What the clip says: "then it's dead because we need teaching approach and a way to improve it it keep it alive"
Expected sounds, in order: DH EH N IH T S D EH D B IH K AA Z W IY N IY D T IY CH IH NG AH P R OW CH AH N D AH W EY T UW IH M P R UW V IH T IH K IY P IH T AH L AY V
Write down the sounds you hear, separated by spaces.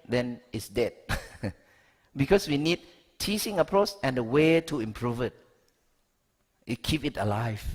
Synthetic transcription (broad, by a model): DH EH N IH T S D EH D B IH K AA S W IY N IY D T IY S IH NG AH P R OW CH AH N D AH W EY T UW IH M P R UW V IH T IH K IY P IH T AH L AY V